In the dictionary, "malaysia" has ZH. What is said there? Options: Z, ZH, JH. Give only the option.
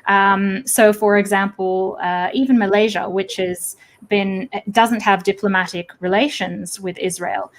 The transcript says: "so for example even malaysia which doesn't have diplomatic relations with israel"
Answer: ZH